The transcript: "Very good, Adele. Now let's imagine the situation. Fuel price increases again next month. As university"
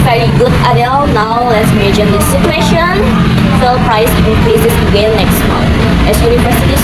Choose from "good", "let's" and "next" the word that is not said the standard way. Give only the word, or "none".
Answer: none